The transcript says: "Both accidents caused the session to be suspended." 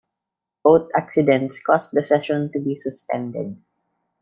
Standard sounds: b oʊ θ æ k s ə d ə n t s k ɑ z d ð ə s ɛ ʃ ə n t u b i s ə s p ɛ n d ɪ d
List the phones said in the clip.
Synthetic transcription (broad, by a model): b oʊ t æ k s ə d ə n t s k ɑ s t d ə s ɛ ʃ ə n t u b i s ə s p ɛ n d ɪ d